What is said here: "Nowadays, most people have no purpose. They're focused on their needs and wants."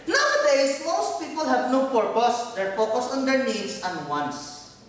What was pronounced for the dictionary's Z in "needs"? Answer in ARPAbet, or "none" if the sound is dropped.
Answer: S